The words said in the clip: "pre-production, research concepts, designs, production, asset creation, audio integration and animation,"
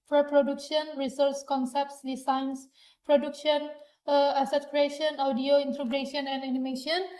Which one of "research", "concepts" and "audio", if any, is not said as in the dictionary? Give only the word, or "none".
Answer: research